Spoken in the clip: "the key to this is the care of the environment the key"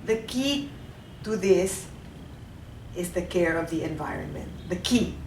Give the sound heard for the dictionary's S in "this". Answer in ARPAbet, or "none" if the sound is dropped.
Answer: S